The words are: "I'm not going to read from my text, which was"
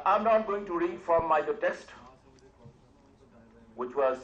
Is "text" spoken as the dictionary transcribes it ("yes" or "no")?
no